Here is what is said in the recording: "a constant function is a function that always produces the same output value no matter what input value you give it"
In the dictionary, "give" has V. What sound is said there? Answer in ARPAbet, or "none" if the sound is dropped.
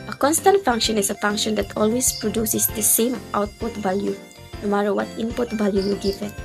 F